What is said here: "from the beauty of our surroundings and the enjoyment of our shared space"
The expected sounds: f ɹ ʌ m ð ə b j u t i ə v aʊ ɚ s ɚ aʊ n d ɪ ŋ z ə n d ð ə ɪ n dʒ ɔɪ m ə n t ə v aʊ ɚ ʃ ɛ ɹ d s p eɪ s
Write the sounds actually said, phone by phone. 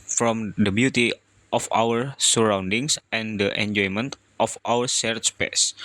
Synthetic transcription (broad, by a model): f ɹ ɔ m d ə b j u t i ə f aʊ ɚ s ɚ aʊ n d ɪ ŋ s ə n d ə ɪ n dʒ ɔɪ m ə n t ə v aʊ ɚ s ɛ ɹ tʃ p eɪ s